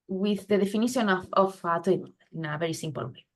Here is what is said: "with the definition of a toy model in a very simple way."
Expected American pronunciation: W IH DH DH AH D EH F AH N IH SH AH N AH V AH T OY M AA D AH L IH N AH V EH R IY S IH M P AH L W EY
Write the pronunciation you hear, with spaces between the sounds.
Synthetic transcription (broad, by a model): W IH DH DH AH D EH F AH N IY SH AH N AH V AH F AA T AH N IH N AH V EH R IY S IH M P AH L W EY